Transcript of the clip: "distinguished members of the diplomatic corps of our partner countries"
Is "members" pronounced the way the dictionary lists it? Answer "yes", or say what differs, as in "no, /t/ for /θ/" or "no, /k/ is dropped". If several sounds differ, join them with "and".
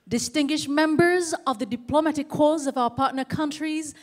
yes